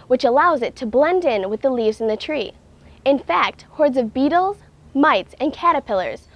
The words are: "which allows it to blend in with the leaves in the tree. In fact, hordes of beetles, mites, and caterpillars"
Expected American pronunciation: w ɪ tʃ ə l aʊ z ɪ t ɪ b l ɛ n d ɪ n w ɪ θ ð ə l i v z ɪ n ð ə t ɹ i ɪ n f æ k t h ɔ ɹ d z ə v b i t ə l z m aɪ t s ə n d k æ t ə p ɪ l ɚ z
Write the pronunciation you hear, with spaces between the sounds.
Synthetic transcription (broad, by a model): w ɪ tʃ ə l aʊ z ɪ t ɪ b l ɛ n d ɪ n w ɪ ð ə l i v z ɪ n ð ə t ɹ i ɪ n f æ k t h ɔ ɹ d z ə v b i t l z m aɪ t s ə n k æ t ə p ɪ l ɚ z